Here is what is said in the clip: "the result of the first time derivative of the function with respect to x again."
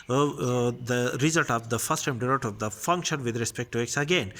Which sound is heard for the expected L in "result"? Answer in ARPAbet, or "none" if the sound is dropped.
L